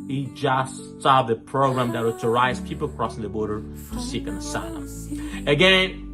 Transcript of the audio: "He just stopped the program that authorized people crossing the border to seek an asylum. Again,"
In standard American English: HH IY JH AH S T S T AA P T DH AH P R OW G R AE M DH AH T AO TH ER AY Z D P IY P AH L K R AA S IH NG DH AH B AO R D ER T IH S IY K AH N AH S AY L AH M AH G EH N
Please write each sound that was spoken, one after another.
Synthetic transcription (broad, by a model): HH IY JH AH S S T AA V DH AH P R OW G R AE M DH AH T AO T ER AY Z P IY P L K R AA S IH NG DH AH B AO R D ER T IH S IY K AH N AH S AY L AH AH G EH N